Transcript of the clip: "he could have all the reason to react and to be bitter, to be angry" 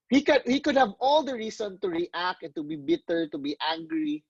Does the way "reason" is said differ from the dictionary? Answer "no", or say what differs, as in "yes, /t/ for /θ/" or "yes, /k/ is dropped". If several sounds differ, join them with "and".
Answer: yes, /s/ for /z/